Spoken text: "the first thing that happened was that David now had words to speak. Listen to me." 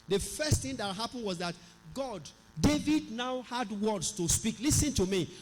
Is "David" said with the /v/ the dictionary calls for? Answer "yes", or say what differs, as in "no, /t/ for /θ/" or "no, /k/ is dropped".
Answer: yes